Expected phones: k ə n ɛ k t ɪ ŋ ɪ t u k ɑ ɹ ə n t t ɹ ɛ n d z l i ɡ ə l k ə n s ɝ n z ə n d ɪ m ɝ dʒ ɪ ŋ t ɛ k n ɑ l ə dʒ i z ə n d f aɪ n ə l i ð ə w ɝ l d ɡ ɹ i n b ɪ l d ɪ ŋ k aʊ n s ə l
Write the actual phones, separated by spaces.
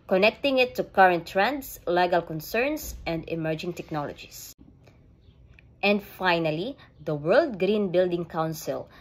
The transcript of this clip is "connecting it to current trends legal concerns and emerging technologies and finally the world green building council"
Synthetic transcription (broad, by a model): k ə n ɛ k t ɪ ŋ ɪ t u k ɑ ɹ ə n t t ɹ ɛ n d s l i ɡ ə l k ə n s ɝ n s ə n d ɪ m ɝ dʒ ɪ ŋ t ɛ k n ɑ l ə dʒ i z ə n d f aɪ n ə l i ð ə w ɝ l d ɡ ɹ i n b ɪ l d ɪ ŋ k aʊ n s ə l